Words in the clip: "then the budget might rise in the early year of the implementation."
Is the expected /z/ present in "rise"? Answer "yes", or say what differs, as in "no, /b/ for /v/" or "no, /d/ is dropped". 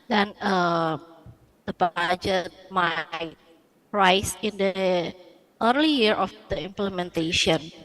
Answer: no, /s/ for /z/